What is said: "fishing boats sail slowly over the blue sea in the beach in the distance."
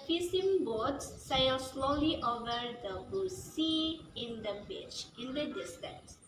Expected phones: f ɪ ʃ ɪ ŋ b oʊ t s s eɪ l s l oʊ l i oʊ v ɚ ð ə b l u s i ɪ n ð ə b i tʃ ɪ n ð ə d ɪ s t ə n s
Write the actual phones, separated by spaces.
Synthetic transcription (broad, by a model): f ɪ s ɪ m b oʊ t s s eɪ l s l oʊ l i oʊ v ɚ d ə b u s i ɪ n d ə b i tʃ ɪ n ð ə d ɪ s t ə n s